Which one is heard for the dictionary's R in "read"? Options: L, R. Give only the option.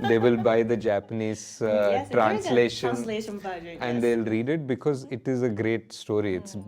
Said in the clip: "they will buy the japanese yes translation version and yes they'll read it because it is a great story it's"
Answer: R